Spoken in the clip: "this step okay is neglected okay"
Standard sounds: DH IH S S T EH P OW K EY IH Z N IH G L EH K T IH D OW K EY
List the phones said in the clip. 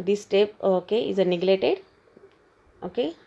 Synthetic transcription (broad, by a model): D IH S S T EH P OW K EY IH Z N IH G L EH T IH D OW K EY